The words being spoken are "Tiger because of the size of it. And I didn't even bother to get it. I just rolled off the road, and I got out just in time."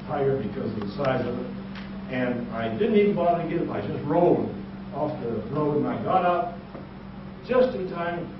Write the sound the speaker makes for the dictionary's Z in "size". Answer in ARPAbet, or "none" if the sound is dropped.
Z